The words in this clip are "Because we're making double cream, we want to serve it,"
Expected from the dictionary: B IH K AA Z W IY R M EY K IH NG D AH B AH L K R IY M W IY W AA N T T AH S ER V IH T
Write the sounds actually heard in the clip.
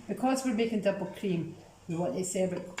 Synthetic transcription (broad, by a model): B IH K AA Z W IY R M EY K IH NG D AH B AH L K R IY M W IY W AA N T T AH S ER B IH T